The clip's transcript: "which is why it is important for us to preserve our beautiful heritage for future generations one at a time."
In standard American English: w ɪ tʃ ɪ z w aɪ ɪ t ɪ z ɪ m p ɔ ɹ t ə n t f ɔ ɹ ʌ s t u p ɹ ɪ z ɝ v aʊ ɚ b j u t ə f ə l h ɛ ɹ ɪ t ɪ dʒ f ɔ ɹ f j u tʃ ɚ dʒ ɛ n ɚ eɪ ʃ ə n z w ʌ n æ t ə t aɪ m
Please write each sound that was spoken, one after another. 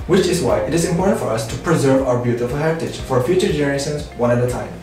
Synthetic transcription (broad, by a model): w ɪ tʃ ɪ z w aɪ ɪ t ɪ z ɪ m p ɔ ɹ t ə n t f ɔ ɹ ʌ s t u p ɹ ɪ z ɝ v aʊ ɚ b j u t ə f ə l h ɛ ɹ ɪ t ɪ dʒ f ɔ ɹ f j u tʃ ɚ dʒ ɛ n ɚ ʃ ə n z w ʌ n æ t ə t aɪ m